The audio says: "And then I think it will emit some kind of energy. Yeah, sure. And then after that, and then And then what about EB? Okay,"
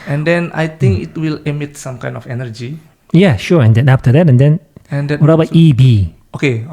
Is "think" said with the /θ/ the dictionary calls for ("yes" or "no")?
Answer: no